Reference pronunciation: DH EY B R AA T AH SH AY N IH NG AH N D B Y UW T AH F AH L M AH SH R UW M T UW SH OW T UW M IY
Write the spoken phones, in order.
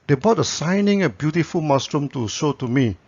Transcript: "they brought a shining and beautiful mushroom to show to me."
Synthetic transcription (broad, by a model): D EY B AA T AH S AY N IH NG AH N B Y UW T AH F AH L M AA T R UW M T UW SH OW T UW M IY